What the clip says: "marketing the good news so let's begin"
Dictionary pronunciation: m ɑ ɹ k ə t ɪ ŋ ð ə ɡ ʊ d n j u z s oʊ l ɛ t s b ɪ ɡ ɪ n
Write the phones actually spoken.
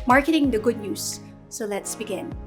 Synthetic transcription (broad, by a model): m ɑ ɹ k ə t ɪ ŋ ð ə ɡ ʊ d n j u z s oʊ l ɛ t s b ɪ ɡ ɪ n